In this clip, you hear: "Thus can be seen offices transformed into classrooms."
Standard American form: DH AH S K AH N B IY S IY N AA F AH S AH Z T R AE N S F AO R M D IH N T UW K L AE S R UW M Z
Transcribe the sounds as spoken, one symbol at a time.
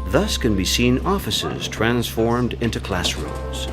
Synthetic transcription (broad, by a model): DH AH S K AH N B IY S IY N AA F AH S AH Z T R AE N S F AO R M D IH N T UW K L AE S R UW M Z